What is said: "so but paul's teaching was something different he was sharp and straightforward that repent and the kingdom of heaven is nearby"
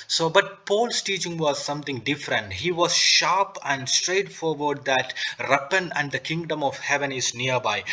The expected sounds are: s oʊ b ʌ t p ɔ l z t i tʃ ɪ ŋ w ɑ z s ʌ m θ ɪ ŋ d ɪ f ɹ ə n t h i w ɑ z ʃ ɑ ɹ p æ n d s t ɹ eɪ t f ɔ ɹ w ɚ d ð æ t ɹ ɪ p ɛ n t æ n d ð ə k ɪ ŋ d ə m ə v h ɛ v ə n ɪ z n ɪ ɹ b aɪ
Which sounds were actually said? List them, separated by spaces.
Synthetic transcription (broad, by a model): s oʊ b ʌ t p ɔ l s t i tʃ ɪ ŋ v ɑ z s ʌ m t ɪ ŋ d ɪ f ɹ ə n t h i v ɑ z ʃ ɑ ɹ p æ n d s t ɹ eɪ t f ɔ ɹ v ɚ d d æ t ɹ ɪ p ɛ n æ n d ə k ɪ ŋ d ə m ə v h ɛ v ə n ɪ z n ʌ ɹ b aɪ